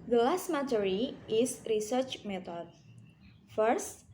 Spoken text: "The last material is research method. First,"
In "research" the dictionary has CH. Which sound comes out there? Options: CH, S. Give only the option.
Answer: CH